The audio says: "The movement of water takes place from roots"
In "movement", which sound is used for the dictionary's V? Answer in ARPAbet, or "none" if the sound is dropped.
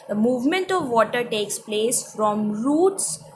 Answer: V